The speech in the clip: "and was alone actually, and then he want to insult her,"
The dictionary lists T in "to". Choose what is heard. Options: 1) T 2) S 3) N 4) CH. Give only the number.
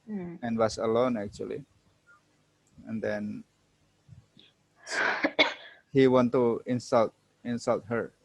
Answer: 2